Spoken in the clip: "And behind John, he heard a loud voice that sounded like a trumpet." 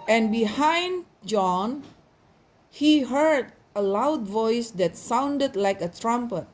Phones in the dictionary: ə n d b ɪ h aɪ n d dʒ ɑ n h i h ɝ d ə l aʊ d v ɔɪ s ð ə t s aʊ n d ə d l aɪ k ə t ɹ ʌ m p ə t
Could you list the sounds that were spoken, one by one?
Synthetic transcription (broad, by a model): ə n b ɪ h aɪ n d dʒ ɑ n h i h ɝ d ə l aʊ d v ɔɪ s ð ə t s aʊ n d ə d l aɪ k ə t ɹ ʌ m p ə t